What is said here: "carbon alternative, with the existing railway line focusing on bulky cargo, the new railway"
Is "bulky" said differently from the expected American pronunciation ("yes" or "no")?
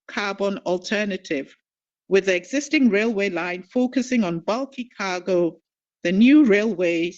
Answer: no